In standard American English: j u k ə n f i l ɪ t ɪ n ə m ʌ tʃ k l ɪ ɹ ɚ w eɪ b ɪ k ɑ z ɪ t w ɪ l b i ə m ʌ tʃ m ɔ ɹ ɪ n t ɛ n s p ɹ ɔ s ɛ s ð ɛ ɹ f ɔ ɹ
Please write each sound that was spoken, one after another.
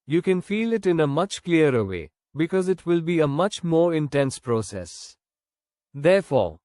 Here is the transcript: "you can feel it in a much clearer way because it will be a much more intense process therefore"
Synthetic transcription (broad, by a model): j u k ə n f i l ɪ t ɪ n ə m ʌ tʃ k l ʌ ɹ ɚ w eɪ b ɪ k ɑ z ɪ t w ɪ l b i ə m ʌ tʃ m ɔ ɹ ɪ n t ɛ n s p ɹ ɔ s ɛ s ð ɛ ɹ f ɔ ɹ